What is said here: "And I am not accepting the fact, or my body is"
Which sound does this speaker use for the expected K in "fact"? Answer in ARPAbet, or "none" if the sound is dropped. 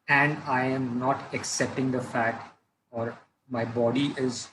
none